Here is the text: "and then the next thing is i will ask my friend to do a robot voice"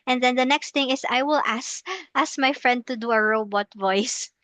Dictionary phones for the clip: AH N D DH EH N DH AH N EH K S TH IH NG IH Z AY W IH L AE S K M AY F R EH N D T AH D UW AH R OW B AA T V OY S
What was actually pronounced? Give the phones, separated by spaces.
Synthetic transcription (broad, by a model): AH N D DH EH N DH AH N EH K S T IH NG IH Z AY W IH L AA S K M AY F R EH N D T AH D UW AH R OW B AA T V OY S